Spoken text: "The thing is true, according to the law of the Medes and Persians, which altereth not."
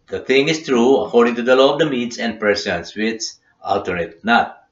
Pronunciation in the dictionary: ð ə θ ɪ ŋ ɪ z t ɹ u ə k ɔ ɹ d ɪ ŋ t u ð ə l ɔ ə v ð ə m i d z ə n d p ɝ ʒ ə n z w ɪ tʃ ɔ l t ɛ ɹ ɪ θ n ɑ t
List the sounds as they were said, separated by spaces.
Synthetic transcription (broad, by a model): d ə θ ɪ ŋ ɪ s t ɹ u ə k ɔ ɹ d ɪ ŋ t u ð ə l ɔ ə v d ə m i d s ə n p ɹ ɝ s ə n s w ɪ s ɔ l t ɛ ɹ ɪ t n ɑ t